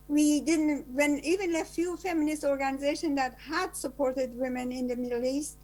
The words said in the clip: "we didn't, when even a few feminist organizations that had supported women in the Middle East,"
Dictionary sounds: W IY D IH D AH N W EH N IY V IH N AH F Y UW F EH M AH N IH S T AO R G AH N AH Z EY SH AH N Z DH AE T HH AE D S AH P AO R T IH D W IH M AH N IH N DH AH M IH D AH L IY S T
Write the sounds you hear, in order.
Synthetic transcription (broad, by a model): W IY D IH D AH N W EH N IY V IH N AH F Y UW F EH M AH N IH S T AO R G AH N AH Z EY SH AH N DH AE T HH AE D S AH P AO R T IH D W IH M AH N IH N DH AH M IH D L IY S T